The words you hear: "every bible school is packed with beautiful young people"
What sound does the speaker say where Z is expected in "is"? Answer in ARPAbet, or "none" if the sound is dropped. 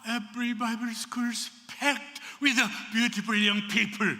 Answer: S